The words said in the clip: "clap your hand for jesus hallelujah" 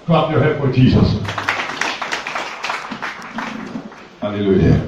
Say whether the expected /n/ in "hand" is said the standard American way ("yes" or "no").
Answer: no